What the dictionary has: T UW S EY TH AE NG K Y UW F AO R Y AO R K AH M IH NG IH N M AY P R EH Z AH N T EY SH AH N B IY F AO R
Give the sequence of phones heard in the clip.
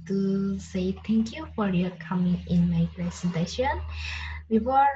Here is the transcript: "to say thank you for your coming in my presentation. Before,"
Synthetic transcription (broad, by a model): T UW S EY T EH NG K Y UW F AO R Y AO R K AH M IH NG IH N M AY P R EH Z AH N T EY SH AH N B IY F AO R